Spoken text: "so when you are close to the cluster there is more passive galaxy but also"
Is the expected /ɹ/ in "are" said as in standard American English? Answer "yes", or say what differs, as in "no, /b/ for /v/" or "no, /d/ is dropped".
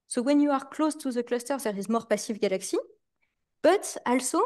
yes